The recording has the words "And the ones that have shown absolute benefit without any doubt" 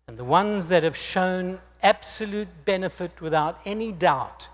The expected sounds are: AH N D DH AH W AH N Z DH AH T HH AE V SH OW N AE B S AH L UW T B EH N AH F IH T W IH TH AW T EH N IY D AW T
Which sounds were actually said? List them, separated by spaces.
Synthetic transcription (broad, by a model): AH N DH AH W AH N Z DH AH T HH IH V SH OW N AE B S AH L UW T B EH N AH F IH T W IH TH AW T EH N IY D AW T